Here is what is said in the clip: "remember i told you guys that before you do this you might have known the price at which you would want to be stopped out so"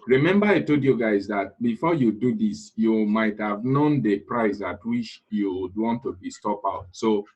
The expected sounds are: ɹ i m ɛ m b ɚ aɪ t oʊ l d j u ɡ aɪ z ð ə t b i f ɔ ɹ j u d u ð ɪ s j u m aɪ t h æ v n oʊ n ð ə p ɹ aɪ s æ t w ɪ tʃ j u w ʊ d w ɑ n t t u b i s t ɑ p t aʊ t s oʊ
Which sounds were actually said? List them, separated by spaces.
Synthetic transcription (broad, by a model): ɹ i m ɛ m b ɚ aɪ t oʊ d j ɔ ɡ aɪ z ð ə t b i f ɔ j u d u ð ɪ s j u m aɪ t h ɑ v n oʊ n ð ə p ɹ aɪ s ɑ t w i tʃ j u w d w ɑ n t t u b i s t ɑ p aʊ t s oʊ